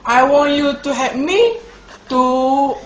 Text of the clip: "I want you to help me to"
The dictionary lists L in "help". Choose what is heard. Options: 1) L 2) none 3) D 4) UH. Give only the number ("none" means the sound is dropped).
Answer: 2